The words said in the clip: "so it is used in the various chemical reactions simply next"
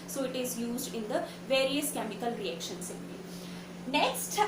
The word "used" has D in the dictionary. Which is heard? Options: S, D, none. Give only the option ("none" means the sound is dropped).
D